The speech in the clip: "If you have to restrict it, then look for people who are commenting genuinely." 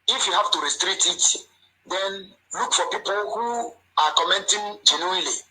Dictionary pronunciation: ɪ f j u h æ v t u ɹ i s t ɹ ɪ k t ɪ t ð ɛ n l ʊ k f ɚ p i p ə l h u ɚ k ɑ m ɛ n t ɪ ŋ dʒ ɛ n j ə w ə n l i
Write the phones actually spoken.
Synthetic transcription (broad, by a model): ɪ f j u h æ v t u ɹ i s t ɹ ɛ t ɪ t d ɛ n l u k f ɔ p i p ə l h u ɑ k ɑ m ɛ n t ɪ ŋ dʒ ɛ n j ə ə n l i